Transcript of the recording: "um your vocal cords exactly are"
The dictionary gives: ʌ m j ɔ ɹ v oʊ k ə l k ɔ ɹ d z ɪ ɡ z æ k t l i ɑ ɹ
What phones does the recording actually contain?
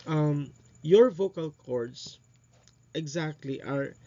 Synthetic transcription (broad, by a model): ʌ m j ɔ ɹ v oʊ k ə l k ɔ ɹ d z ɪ ɡ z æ k t l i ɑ ɹ